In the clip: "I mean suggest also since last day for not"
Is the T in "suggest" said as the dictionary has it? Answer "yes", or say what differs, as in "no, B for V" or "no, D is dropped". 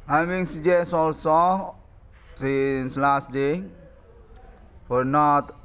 no, T is dropped